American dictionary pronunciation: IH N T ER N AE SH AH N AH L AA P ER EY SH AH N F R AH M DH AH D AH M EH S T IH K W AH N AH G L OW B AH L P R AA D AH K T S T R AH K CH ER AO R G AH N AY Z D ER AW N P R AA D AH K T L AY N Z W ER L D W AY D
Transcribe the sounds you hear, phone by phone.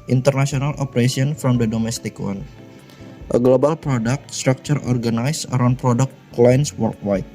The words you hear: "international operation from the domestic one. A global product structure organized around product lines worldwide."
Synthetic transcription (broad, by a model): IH N T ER N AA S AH N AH L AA P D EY S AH N F R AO M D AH D AH M EH S T IH K W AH N AH G L OW B AH L P R AA D AH K T S T R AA K CH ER AO R G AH N AY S ER AW N P R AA D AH K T L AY N S W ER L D W AY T